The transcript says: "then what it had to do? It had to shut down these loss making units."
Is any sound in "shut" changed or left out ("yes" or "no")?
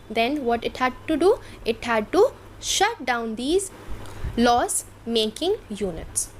no